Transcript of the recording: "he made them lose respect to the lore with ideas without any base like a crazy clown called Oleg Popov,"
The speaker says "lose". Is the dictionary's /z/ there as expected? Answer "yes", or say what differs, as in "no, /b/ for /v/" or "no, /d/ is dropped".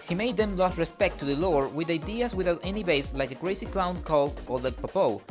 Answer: no, /s/ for /z/